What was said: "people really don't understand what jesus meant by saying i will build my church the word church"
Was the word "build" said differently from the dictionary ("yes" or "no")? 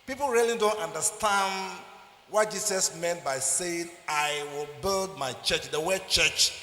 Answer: no